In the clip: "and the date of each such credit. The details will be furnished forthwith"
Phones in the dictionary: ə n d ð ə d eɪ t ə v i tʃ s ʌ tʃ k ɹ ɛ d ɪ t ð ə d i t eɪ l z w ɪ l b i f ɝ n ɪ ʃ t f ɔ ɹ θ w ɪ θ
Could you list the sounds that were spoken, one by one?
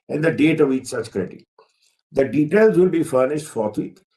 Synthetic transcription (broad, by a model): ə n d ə d eɪ t ə v i tʃ s ʌ tʃ k ɹ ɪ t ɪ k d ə d i t eɪ l z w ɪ l b i f ɝ n ɪ ʃ t f ɔ ɹ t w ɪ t